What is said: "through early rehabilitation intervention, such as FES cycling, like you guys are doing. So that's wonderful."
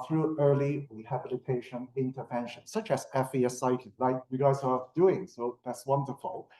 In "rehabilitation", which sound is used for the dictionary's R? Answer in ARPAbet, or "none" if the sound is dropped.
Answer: W